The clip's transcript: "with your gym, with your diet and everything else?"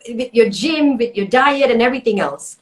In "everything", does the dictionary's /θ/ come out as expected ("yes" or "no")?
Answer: yes